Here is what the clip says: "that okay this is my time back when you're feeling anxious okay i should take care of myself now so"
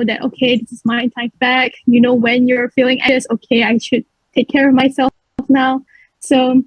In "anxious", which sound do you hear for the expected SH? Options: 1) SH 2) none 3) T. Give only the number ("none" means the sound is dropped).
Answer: 2